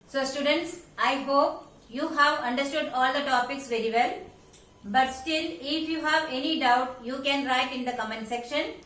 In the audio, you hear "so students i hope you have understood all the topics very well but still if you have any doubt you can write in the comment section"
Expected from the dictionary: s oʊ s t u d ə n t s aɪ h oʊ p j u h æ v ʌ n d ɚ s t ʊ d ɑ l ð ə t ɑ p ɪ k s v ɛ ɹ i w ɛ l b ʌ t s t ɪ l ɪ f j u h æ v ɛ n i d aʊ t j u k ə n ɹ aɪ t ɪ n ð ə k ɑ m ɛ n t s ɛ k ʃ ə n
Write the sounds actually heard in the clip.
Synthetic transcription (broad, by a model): s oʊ s t u d ə n t s aɪ h oʊ p j u h æ v ʌ n d ɚ s t ʊ d ɑ l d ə t ɑ p ɪ k s v ɛ ɹ i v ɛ l b ʌ t s t ɪ l ɪ f j u h æ v ɛ n i d aʊ t j u k ə n ɹ aɪ t ɪ n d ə k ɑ m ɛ n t s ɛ k ʃ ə n